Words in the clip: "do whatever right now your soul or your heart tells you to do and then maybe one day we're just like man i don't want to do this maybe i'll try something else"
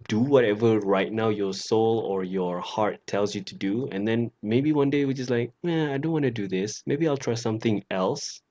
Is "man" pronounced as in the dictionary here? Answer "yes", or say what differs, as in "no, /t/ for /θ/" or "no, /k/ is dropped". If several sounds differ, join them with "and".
no, /n/ is dropped